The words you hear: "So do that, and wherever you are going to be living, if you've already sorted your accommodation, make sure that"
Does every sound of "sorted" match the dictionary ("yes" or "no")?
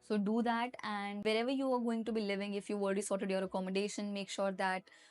yes